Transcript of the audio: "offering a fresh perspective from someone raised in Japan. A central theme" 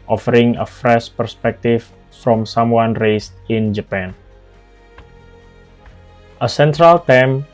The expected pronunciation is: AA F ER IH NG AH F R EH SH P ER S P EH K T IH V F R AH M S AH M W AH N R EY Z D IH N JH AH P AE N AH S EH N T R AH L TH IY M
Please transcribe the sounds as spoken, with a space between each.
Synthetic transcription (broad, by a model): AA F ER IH NG AH F R EH SH P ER S P EH K T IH F F R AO M S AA M W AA N R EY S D IH N JH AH P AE N AH S EH N T R AH L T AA M